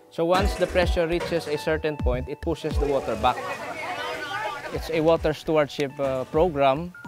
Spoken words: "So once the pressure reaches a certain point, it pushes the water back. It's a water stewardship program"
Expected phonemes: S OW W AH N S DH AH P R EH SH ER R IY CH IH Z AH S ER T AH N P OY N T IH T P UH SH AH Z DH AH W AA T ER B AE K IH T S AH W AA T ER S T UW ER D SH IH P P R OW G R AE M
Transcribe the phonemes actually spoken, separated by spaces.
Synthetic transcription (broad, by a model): S OW W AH N S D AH P R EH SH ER R IY CH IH S AH S ER T AH N P OY N T IH T P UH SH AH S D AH W AA T ER B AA K IH T S AH W AA T ER S T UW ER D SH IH P P R OW G R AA M